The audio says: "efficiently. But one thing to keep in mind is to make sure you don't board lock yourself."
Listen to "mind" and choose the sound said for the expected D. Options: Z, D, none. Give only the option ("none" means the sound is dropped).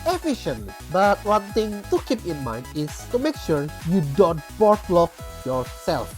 D